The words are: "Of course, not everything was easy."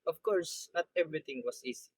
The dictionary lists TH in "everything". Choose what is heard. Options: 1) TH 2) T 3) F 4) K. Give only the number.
2